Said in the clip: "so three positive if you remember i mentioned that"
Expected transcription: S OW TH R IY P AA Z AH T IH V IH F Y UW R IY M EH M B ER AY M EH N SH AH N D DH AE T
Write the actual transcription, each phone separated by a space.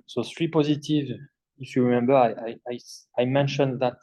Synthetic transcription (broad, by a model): S OW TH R IY P AA Z AH T IH V IH F Y UW R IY M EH M B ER AY M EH N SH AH N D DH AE T